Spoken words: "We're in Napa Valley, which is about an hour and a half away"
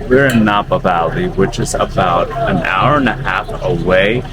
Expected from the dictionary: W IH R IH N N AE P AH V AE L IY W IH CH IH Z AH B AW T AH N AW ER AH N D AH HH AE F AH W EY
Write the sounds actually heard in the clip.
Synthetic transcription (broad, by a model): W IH R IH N N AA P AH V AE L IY W IH CH IH Z AH B AW T AH N AW ER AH N AH HH AE F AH W EY